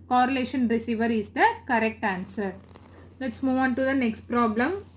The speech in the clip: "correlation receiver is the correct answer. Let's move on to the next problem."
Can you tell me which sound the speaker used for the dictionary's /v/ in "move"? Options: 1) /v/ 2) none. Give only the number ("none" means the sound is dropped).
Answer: 1